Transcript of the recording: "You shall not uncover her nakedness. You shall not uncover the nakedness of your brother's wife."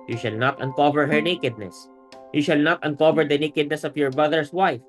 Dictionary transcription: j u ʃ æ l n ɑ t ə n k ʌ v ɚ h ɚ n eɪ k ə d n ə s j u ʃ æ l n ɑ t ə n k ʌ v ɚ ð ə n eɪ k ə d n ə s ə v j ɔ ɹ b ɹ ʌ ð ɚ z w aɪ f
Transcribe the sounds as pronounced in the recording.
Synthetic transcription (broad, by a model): j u ʃ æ l n ɑ t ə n k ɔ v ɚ h ɚ n eɪ k ə d n ə s j u ʃ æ l n ɑ t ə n k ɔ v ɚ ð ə n eɪ k ə d n ə s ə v j ɔ ɹ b ɹ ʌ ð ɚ s w aɪ f